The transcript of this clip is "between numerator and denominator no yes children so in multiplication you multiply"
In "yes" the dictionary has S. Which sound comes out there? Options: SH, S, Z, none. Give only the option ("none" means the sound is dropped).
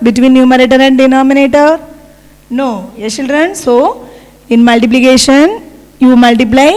none